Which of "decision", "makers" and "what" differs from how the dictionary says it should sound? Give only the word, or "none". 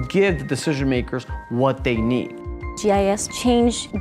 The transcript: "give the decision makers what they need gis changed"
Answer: none